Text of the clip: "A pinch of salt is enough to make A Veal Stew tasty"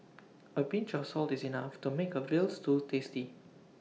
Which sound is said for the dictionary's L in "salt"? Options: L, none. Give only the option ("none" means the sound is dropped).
L